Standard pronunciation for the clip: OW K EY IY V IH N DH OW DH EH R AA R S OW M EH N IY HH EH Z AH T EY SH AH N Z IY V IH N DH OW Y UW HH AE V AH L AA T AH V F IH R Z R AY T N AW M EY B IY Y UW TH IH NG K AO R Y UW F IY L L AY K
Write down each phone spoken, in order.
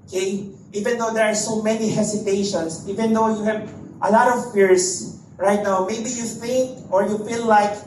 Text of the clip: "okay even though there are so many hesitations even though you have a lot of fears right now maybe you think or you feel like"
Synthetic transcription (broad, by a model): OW K EY IY V IH N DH OW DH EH R AA R S OW M EH N IY HH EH S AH T EY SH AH N S IY V IH N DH OW Y UW HH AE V AH L AA T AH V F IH R S R AY T N AW M EY B IY Y UW F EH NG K AO R Y UW F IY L L AY K